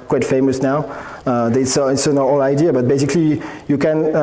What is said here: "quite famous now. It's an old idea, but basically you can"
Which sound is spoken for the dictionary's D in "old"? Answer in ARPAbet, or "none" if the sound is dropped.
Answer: none